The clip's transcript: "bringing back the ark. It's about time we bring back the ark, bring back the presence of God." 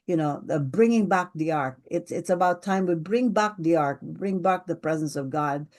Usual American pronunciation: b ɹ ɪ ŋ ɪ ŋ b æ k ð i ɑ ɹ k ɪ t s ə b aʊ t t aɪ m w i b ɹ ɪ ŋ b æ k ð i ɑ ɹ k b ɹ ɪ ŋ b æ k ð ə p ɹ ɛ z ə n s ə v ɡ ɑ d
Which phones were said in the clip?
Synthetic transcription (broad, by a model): b ɹ ɪ ŋ ɪ ŋ b æ k ð i ɑ ɹ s ɪ t s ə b aʊ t t aɪ m w i b ɹ ɪ ŋ b æ k ð i ɑ ɹ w b ɹ ɪ ŋ b æ k ð ə p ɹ ɛ z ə n s ə v ɡ ɑ d